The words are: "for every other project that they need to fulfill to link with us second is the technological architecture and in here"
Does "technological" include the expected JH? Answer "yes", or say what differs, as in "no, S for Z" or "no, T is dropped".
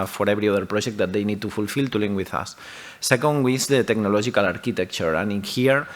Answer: no, ZH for JH